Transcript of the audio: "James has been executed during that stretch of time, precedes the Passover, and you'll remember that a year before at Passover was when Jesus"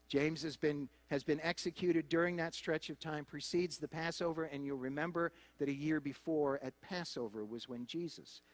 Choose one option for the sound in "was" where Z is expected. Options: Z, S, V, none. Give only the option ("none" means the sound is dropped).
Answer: Z